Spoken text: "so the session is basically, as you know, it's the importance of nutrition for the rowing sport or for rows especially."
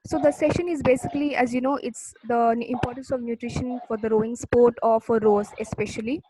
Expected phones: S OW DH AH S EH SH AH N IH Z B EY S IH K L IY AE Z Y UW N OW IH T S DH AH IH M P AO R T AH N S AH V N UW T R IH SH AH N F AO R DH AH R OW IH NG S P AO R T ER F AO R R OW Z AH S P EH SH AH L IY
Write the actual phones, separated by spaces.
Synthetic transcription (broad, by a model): S OW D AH S EH SH AH N IH Z B EY S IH K L IY AE Z Y UW N OW IH T S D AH IH M P AO R T AH N S AH V N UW T R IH SH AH N F AO R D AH R OW IH NG S P AO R T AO F AO R R OW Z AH S P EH SH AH L IY